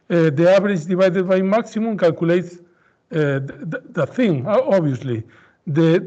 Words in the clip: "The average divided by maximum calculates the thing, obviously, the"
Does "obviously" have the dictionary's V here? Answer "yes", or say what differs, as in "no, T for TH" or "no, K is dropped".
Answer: no, V is dropped